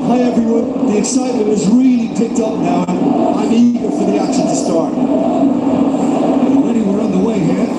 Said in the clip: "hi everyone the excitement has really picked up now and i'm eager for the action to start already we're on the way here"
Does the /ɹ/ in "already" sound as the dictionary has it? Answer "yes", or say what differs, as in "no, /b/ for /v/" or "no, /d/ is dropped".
no, /ɹ/ is dropped